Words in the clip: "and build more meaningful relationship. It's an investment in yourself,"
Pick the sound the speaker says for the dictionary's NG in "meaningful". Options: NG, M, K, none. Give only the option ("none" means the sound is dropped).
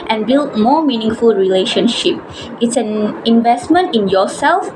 NG